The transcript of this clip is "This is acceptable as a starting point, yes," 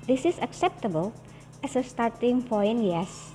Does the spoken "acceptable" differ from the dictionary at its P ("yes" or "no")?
no